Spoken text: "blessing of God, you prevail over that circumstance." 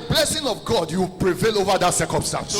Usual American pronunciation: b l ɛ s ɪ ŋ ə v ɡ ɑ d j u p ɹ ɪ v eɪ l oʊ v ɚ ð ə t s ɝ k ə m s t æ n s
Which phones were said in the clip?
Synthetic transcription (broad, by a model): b l ɛ s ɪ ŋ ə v ɡ ɑ d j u p ɹ ɪ v eɪ l oʊ v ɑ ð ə t s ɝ k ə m s t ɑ n s